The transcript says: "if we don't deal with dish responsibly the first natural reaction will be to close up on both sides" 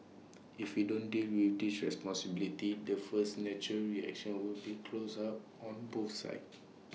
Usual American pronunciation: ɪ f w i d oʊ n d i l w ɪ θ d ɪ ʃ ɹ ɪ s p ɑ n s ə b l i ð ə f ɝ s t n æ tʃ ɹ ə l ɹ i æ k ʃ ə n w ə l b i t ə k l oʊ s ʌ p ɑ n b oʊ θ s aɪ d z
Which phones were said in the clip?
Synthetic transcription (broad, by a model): ɪ f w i d oʊ n d i l w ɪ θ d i s ɹ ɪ s p ɑ n s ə b l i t ə f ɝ s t n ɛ tʃ ɹ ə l ɹ i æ k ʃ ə n w ə l b i k l oʊ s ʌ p ɑ n b oʊ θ s aɪ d